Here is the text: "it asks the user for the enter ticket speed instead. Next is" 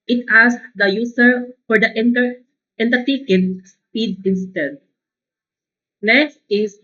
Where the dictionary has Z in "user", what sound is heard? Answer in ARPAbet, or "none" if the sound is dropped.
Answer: S